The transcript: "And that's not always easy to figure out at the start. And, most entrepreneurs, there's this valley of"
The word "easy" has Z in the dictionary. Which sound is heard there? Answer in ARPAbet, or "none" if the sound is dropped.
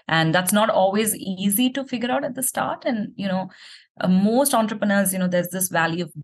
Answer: Z